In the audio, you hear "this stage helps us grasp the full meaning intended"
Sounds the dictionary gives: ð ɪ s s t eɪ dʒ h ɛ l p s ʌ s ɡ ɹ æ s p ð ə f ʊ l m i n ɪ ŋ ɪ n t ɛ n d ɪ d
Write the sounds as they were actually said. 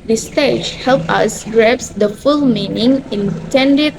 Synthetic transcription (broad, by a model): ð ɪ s s t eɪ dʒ h ɛ l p ʌ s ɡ ɹ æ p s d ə f ʊ l m i n ɪ ŋ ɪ n t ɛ n d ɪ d